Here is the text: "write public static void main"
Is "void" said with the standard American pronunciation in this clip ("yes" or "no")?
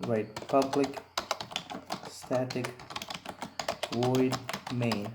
no